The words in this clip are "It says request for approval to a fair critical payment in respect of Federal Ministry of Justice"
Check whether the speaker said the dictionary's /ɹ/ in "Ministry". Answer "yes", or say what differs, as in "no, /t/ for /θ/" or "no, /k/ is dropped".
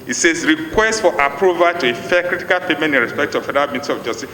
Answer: no, /ɹ/ is dropped